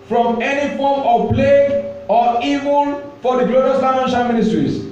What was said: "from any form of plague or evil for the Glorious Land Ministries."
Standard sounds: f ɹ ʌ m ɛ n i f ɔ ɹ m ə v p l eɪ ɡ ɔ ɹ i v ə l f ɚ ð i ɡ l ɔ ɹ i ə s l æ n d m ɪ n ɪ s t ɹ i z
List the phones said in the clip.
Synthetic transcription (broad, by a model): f ɹ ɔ m ɛ n i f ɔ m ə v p l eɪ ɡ ɔ ɹ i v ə n f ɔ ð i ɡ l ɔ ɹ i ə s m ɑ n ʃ m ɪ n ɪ s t ɹ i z